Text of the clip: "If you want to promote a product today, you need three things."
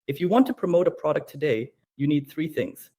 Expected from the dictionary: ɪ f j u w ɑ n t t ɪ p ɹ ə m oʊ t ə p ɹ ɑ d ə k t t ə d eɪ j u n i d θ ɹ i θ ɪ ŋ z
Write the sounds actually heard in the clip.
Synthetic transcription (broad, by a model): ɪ f j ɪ w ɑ n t t ɪ p ɹ ə m oʊ t ə p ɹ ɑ d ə k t t ə d eɪ j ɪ n i d θ ɹ i θ ɪ ŋ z